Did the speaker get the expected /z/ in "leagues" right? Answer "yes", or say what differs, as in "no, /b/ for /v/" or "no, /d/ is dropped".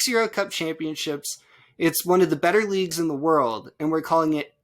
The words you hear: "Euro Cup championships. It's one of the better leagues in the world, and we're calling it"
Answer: yes